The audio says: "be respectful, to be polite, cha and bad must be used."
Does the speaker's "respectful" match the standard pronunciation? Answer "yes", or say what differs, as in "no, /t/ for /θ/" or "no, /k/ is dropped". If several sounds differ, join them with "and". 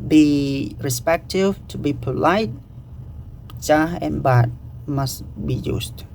no, /f/ is dropped